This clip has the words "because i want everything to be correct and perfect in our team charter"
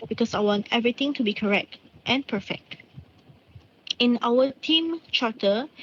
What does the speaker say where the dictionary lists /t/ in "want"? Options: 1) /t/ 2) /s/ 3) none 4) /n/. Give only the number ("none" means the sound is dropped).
1